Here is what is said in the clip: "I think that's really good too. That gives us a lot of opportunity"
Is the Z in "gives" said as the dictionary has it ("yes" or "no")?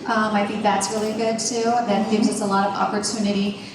yes